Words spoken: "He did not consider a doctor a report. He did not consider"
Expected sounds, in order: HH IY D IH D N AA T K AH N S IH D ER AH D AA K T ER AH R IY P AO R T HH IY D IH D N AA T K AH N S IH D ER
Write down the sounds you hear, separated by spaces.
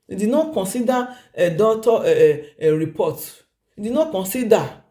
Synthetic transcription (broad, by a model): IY D IH D N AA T K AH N S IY D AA AH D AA T AH R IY P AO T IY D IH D N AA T K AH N S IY D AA